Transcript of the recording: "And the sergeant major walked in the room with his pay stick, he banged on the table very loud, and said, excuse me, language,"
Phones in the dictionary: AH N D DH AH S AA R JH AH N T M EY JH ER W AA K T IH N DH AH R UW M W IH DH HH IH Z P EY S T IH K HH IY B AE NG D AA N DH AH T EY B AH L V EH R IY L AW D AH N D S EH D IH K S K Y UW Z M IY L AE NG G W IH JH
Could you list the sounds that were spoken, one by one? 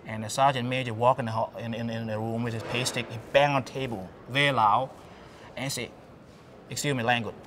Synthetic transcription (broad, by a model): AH N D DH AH S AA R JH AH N M EY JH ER W AA K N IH N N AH R UW M W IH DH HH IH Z P EY S T IH K HH IY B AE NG AA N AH T EY B AH L V EH R IY L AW AH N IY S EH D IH K S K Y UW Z M IY L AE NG G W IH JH